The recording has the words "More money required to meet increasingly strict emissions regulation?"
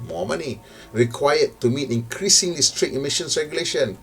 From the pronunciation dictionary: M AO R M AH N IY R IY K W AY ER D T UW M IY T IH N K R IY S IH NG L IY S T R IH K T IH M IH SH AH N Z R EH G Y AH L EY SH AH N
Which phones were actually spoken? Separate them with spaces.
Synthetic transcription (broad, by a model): M AO M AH N IY R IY K W AY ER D T UW M IY T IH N K R IY S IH NG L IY S T R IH T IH M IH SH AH N S R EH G Y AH L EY SH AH N